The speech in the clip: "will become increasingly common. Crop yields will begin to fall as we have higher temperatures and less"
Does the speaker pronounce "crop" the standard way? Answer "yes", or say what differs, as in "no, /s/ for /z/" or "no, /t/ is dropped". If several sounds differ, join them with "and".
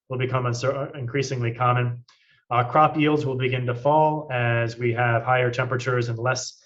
yes